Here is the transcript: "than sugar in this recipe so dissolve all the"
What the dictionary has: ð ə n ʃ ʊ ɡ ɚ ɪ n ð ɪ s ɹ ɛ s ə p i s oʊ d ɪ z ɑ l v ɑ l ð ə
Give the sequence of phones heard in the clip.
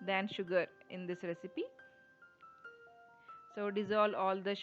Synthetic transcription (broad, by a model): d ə n ʃ ʊ ɡ ɚ ɪ n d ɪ s ɹ ɛ s ə p i s oʊ d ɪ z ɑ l ɑ l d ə